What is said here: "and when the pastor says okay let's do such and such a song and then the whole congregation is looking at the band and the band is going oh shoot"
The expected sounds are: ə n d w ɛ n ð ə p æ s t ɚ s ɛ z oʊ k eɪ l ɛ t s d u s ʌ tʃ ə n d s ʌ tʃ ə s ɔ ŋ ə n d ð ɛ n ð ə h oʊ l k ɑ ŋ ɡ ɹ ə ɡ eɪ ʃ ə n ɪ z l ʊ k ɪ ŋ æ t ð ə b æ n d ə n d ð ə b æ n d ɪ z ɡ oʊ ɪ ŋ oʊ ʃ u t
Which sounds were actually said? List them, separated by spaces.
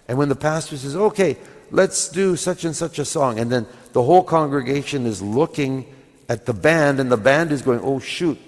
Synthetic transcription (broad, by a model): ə n w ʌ n ð ə p æ s t ɚ s ɛ z oʊ k eɪ l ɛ t s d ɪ s ʌ tʃ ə n s ʌ tʃ ə s ɔ ŋ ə n ð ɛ n ð ə h oʊ l k ɑ ŋ ɡ ɹ ə ɡ eɪ ʃ ə n ɪ z l ʊ k ɪ ŋ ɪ t ð ə b æ n d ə n ð ə b æ n d ɪ z ɡ oʊ ɪ ŋ oʊ ʃ u t